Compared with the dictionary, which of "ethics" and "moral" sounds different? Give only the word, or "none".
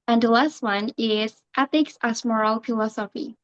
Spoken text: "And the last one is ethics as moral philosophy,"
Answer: none